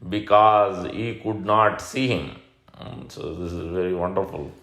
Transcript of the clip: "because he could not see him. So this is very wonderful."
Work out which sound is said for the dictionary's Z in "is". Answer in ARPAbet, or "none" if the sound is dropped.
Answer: Z